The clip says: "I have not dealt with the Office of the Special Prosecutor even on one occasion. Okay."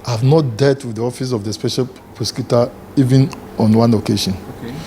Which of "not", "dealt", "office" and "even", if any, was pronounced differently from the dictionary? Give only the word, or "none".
dealt